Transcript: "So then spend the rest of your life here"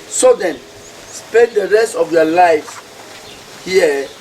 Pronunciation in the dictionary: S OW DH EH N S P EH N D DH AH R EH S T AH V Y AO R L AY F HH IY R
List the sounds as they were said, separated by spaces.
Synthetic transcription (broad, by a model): S OW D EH N S P EH N D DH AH R EH S T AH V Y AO L AY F HH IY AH